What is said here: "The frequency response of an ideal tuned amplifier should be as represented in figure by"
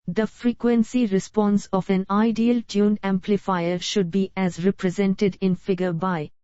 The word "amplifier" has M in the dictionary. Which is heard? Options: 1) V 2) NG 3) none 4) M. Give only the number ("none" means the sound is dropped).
4